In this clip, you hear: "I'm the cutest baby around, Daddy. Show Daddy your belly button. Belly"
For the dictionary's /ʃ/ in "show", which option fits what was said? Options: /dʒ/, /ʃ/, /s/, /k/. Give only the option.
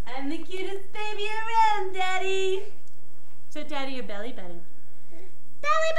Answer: /s/